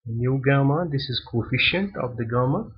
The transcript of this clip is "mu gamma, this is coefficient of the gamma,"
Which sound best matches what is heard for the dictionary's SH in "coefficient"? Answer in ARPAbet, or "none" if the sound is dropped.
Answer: SH